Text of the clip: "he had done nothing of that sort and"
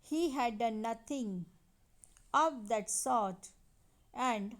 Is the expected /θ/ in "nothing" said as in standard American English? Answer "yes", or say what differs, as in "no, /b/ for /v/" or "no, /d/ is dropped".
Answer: no, /t/ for /θ/